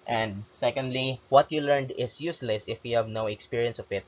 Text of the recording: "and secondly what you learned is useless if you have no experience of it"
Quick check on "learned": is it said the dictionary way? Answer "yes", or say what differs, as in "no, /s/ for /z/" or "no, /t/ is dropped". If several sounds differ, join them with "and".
yes